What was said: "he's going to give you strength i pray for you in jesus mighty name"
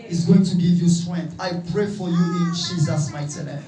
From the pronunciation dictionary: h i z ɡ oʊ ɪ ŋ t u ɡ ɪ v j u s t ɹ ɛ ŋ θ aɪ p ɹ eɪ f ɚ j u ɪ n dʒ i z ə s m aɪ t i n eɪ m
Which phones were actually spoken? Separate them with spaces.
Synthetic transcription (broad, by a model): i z ɡ oʊ ɪ ŋ t u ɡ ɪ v j u s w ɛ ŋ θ aɪ p ɹ eɪ f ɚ j u ɪ n dʒ i z ə s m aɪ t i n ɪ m